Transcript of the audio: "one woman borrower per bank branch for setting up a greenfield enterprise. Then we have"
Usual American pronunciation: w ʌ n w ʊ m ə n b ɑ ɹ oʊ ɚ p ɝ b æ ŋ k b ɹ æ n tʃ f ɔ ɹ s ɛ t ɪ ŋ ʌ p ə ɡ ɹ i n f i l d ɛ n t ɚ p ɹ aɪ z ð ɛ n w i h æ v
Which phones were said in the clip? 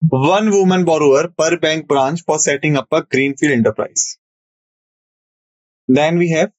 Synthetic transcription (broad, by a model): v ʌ n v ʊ m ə n b ɑ ɹ oʊ ɚ p ɝ b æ ŋ k b ɹ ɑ n tʃ f ɔ ɹ s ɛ t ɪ ŋ ʌ p ə ɡ ɹ i n f i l d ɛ n t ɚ p ɹ aɪ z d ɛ n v i h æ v